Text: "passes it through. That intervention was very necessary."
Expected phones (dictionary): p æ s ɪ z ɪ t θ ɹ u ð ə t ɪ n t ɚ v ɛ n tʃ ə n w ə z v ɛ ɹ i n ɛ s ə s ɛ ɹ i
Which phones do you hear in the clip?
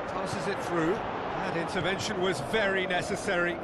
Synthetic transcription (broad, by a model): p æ s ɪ z ɪ t θ ɹ u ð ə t ɪ n t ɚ v ɛ n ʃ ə n w ə z v ɛ ɹ i n ɛ s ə s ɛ ɹ i